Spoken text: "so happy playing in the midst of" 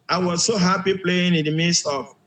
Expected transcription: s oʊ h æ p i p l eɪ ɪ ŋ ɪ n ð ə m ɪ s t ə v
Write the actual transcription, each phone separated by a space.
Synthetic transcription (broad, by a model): s oʊ h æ p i p l eɪ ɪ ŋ ɪ n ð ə m ɪ s t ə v